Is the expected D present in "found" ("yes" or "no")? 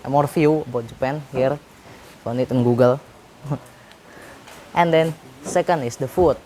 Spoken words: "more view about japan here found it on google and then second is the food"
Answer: no